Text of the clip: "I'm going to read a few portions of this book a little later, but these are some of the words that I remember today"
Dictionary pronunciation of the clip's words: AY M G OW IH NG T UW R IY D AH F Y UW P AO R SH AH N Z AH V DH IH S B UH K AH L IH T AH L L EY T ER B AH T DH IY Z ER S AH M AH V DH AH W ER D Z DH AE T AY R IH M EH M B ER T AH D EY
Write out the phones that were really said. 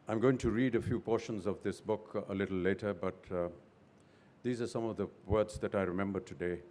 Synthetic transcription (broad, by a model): AY M G OW IH NG T UW R IY D AH F Y UW P AO R SH AH N Z AH V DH IH S B UH K AH L IH T L L EY T ER B AH T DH IY Z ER S AH M AH V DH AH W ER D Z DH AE T AY R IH M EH M B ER T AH D EY